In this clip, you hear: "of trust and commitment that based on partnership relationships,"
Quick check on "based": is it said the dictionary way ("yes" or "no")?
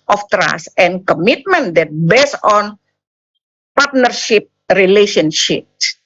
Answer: no